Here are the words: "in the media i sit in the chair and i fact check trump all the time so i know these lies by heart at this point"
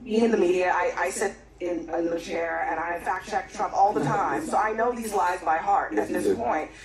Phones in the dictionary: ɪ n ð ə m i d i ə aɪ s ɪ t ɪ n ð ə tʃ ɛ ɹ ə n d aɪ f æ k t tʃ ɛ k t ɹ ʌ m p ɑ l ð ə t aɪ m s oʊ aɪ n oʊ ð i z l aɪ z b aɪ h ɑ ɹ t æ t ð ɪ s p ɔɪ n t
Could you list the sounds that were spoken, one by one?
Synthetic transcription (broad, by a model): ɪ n ð ə m i d i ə aɪ s ɪ t ɪ n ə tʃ ɛ ɹ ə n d aɪ f æ k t tʃ ɛ k t ɹ ʌ m p ɑ l ð ə t aɪ m s oʊ aɪ n oʊ ð i z l aɪ z b aɪ h ɑ ɹ t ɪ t ð ɪ s p ɔɪ n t